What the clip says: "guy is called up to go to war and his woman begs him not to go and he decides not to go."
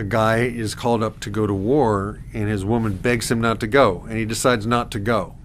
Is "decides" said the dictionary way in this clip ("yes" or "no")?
yes